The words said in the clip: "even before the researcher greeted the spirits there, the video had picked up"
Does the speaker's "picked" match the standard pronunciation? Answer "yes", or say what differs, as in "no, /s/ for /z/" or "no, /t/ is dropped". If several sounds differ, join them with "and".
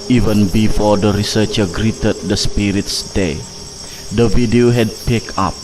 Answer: no, /t/ is dropped